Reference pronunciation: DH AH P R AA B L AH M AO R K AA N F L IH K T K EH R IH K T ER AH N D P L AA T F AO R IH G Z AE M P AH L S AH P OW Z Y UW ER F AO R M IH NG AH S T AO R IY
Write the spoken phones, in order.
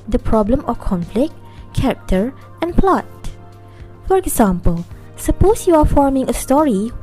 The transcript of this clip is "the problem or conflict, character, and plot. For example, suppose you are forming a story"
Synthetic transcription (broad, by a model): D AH P R AA B L AH M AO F K AA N F L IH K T K EH R IH K T ER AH N P L AA T F AO R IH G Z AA M P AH L S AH P OW S Y UW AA F AO R M IH NG AH S T AO R IY